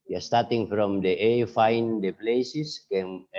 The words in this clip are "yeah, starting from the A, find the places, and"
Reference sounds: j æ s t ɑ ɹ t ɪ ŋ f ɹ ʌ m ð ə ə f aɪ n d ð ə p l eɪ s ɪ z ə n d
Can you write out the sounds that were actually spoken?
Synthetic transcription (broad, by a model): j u s t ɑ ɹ t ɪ ŋ f ɹ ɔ m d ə ə f aɪ n d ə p l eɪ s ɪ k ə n